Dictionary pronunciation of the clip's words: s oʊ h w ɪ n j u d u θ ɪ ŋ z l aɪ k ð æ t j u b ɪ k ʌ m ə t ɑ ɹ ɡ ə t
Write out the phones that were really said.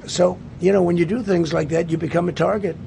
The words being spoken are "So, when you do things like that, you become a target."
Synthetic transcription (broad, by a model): s oʊ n w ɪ n j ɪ d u θ ɪ ŋ z l aɪ k ð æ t j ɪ b ɪ k ʌ m ə t ɑ ɹ ɡ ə t